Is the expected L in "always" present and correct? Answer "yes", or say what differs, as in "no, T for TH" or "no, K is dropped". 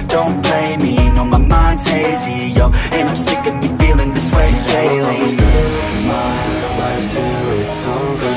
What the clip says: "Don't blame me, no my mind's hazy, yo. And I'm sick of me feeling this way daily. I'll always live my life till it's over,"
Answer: no, L is dropped